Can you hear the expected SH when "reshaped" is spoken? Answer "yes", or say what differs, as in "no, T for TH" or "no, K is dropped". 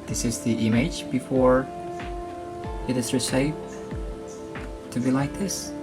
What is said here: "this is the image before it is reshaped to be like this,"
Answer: no, S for SH